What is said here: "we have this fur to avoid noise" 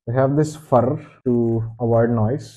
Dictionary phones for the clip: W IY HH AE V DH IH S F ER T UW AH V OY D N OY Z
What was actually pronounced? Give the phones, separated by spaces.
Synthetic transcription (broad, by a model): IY HH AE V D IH S F ER T UW AH V OY D N OY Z